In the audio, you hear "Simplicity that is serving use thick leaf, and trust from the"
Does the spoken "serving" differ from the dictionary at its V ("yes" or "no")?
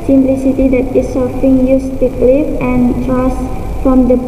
yes